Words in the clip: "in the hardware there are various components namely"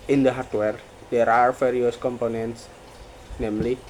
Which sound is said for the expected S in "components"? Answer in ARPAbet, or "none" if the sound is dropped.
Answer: S